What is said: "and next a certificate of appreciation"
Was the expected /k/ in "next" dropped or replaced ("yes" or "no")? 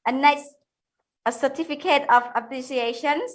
yes